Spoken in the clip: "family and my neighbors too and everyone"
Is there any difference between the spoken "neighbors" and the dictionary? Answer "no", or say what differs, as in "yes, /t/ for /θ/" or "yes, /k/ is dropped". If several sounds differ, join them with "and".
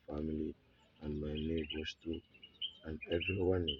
yes, /s/ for /z/